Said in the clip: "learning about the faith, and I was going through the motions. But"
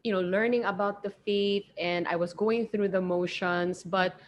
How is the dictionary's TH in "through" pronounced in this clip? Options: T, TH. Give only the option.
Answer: TH